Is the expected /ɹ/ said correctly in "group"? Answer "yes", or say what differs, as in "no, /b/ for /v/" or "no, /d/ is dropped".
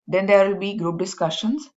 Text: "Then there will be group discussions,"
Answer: yes